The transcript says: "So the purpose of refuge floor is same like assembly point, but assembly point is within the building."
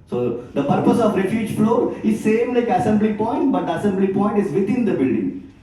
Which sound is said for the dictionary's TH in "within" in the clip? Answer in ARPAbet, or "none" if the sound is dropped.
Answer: T